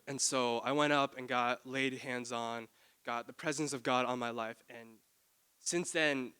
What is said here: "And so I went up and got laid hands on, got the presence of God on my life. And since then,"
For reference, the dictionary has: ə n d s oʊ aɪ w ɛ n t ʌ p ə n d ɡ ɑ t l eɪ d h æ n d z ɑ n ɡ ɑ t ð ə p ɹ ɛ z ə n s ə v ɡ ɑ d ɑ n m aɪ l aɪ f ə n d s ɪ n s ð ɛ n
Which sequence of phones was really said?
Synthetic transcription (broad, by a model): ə n s oʊ aɪ w ɛ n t ʌ p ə n ɡ ɑ t l eɪ d h æ n d z n ɡ ɑ t ð ə p ɹ ɛ z ə n s ə v ɡ ɑ d n m aɪ l aɪ f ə n s ɪ n s ð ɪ n